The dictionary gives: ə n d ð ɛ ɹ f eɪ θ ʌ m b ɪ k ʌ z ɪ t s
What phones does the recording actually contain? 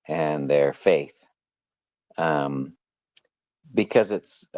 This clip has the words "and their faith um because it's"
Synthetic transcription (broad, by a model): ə n ð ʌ ɹ f eɪ θ ʌ m b ɪ k ʌ z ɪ t s